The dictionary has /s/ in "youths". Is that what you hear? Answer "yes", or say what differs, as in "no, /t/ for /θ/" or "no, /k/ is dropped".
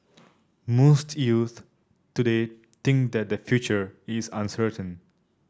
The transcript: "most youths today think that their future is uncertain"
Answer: no, /s/ is dropped